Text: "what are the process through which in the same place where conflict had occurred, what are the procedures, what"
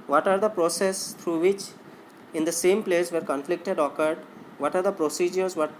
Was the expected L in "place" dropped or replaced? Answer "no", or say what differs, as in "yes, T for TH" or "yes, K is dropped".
no